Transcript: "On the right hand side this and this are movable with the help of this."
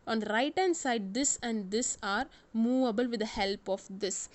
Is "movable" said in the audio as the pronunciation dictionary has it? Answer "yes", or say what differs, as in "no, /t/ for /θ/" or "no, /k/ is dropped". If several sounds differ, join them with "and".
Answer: yes